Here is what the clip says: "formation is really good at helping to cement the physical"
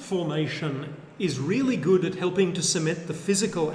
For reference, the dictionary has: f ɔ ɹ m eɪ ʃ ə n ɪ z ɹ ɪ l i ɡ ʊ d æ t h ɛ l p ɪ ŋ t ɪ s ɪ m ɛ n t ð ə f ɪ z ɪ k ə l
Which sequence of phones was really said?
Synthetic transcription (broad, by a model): f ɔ ɹ m eɪ ʃ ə n ɪ z ɹ ɪ l i ɡ ʊ d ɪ t h ɛ l p ɪ ŋ t ɪ s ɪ m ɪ t ð ə f ɪ z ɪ k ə l